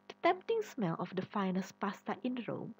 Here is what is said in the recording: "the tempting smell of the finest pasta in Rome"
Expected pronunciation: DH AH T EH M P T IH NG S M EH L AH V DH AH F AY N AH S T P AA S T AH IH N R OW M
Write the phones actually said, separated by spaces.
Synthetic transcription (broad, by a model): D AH T EH M P T IH NG S M EH L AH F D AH F AY N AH S P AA S T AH IH N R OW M